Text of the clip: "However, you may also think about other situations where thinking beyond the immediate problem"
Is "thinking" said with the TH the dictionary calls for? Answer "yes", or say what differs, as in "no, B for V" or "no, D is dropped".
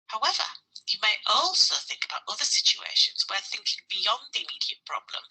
yes